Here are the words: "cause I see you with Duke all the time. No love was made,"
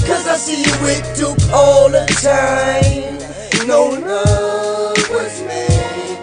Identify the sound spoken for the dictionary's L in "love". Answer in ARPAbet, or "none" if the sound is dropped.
N